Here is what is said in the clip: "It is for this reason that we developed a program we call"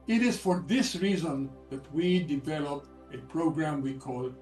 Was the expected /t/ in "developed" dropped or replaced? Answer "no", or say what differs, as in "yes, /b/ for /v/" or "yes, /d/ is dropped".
yes, /t/ is dropped